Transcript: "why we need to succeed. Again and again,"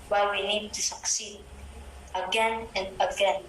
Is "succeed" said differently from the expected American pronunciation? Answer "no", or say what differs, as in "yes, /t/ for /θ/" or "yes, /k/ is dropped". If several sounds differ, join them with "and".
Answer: no